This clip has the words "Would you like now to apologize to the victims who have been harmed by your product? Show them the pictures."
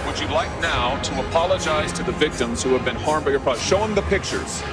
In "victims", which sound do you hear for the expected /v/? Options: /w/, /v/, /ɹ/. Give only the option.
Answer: /v/